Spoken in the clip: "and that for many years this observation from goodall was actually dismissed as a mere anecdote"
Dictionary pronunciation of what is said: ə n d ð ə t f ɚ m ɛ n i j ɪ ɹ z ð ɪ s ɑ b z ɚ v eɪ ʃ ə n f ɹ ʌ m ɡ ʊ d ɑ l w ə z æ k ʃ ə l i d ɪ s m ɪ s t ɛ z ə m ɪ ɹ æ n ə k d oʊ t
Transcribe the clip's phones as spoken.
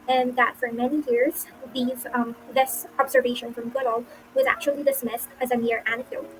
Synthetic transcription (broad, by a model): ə n ð ə t f ɚ m ɛ n i j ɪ ɹ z ð ɪ s ɑ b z ɚ v eɪ ʃ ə n f ɹ ʌ m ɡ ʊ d l w ə z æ k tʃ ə l i d ɪ s m ɪ s t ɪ z ə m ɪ ɹ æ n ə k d oʊ t